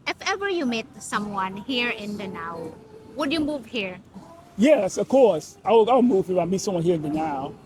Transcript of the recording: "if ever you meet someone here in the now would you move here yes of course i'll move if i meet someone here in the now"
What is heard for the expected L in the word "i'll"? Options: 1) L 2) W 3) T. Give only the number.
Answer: 2